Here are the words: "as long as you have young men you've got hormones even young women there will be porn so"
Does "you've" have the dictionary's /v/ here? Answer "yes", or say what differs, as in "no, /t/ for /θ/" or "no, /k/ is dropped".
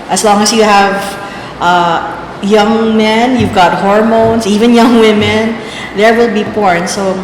yes